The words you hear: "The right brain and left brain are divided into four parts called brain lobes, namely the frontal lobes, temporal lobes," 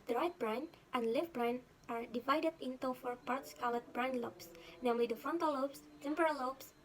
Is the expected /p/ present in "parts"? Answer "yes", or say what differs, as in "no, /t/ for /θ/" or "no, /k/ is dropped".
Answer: yes